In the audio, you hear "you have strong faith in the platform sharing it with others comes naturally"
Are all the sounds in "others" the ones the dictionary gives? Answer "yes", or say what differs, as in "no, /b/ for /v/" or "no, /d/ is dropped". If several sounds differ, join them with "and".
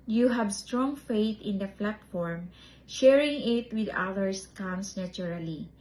no, /s/ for /z/